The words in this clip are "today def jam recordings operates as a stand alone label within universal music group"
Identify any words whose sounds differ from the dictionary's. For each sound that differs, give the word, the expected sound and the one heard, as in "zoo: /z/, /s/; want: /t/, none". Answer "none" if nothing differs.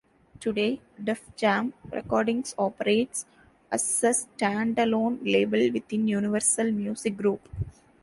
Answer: recordings: /z/, /s/; within: /θ/, /t/; music: /z/, /s/